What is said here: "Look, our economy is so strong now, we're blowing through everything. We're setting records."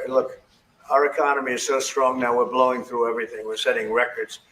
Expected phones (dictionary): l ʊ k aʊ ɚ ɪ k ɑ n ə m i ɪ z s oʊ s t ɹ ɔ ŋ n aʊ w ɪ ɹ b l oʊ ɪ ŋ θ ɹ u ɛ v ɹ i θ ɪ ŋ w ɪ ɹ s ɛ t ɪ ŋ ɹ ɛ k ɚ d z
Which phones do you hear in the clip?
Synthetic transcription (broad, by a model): l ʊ k aʊ ɚ ɪ k ɑ n ə m i ɪ z s oʊ s t ɹ ɔ ŋ n aʊ w ɪ ɹ b l oʊ ɪ ŋ θ ɹ u ɛ v ɹ i θ ɪ ŋ w ɪ ɹ s ɛ t ɪ ŋ ɹ ɛ k ɚ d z